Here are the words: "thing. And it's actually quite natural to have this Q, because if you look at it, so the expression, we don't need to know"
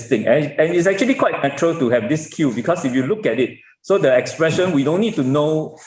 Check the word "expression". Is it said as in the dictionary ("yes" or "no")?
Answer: yes